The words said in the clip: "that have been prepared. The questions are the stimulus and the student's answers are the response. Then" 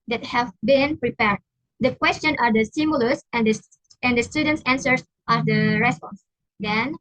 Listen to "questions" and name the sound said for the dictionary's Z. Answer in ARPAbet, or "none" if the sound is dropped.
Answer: none